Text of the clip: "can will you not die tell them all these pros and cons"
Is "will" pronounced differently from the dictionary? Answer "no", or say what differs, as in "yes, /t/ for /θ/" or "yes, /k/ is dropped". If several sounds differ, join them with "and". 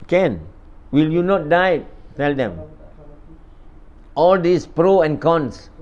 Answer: no